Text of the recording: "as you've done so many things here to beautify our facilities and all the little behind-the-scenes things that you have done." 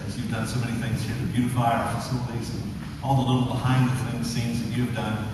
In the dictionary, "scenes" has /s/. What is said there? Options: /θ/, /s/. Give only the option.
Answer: /θ/